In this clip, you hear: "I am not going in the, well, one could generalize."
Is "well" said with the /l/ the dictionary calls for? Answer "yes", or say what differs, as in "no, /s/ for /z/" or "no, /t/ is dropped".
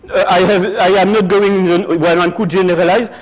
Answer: no, /n/ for /l/